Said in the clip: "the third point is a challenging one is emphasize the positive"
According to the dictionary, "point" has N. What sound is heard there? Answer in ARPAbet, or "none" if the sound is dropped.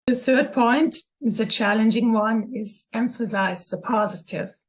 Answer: N